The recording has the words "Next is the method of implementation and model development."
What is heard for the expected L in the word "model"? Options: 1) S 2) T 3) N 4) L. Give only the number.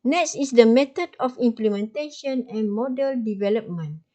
4